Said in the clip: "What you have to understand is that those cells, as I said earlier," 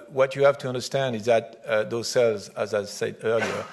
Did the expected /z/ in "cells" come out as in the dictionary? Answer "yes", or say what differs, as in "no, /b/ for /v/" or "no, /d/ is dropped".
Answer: yes